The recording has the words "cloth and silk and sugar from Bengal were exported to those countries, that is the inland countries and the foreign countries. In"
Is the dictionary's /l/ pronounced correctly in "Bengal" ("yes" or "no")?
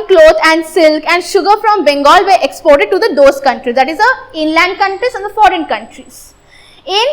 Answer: yes